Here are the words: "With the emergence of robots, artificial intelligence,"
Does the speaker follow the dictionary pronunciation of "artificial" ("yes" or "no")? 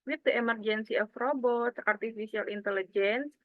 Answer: no